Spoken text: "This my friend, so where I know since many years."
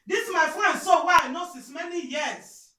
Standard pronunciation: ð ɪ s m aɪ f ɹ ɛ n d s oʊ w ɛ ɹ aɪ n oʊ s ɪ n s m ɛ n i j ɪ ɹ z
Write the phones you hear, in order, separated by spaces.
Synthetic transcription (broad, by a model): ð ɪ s m aɪ f ɹ ɛ n d s oʊ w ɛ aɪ n oʊ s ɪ s m ɛ n i j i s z